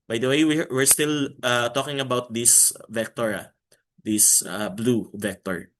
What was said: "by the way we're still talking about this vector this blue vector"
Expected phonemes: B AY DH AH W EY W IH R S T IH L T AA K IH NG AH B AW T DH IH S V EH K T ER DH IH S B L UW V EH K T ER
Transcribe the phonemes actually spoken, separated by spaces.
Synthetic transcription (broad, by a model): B AY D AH W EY W IH R S T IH L T AA K IH NG AH B AW T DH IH S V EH K T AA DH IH S B L UW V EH K T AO